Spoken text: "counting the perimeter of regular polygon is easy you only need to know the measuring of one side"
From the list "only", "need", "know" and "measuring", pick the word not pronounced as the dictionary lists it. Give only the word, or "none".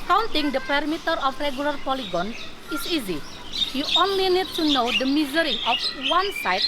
measuring